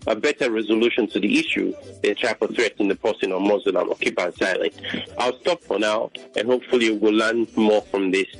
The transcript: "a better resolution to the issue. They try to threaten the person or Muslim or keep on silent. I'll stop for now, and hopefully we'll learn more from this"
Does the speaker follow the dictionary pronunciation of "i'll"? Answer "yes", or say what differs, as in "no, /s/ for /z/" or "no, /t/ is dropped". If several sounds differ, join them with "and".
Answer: yes